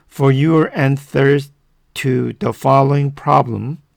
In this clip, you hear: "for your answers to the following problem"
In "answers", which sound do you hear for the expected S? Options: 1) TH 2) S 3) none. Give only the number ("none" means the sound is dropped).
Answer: 1